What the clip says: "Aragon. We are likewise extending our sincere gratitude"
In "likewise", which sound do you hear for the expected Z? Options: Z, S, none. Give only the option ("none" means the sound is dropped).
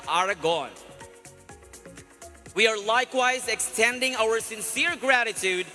Z